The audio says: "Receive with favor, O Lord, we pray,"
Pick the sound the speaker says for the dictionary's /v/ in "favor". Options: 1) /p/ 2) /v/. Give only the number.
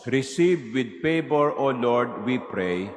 1